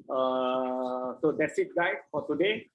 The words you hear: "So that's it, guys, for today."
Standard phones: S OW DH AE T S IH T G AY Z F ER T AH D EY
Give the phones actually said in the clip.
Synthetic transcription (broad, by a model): S OW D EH T S IH T G AY F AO T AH D EY